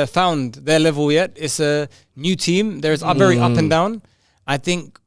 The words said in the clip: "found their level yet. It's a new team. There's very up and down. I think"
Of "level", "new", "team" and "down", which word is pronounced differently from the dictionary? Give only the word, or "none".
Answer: none